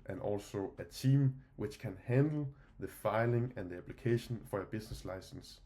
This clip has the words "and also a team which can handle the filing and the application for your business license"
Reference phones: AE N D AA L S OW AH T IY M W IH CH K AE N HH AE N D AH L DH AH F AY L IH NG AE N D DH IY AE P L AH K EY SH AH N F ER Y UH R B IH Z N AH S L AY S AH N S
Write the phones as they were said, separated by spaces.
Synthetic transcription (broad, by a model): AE N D AA L S OW AH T IY M W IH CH K AE N HH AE N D L DH AH F AY L IH NG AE N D DH IY AE P L AH K EY SH AH N F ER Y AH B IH S N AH S L AY S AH N S